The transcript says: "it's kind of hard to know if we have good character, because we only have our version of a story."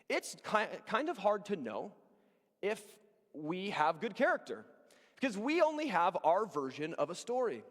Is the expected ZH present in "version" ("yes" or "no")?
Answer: yes